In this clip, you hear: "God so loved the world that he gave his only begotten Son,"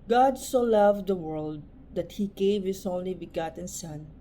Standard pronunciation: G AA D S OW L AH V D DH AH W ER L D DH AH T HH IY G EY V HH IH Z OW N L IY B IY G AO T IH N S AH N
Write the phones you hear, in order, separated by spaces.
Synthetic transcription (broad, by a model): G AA D S OW L AH V D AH W ER L D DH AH T HH IY G EY V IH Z OW N L IY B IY G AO T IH N S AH N